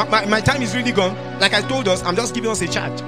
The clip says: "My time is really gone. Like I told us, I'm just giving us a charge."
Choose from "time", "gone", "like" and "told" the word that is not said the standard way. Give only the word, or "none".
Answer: none